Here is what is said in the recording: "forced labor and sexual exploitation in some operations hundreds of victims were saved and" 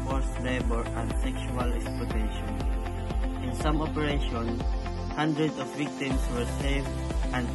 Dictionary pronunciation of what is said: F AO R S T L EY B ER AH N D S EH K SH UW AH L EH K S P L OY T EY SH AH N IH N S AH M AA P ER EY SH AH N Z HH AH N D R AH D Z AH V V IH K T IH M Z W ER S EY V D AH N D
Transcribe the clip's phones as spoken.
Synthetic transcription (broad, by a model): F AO R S L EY B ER AH N D S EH K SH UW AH L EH K S P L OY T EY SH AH N IH N S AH M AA P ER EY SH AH N HH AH N D R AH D AH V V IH K T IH M S W ER S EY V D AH N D